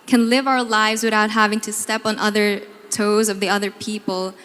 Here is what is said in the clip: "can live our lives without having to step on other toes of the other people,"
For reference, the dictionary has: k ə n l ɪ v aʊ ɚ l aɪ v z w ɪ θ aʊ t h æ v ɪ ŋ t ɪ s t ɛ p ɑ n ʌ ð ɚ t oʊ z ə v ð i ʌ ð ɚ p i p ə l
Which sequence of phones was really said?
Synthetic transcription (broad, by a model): k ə n l ɪ v aʊ ɚ l aɪ v z w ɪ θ aʊ t h æ v ɪ ŋ t ɪ s t ɛ p n ʌ ð ɚ t oʊ z ə v ð i ʌ ð ɚ p i p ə l